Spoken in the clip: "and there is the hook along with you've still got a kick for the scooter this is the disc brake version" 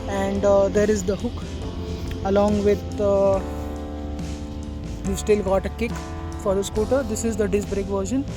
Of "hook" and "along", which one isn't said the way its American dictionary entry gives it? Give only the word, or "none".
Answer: none